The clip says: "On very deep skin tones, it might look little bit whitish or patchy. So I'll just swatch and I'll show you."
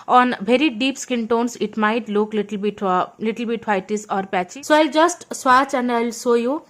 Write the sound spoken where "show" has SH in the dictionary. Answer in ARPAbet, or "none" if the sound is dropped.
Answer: S